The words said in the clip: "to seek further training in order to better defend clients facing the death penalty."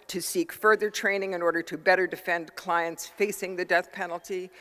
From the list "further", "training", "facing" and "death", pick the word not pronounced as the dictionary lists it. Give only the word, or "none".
none